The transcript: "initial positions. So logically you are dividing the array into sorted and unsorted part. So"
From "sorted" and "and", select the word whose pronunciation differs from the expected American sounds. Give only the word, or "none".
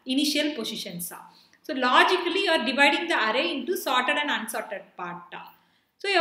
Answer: none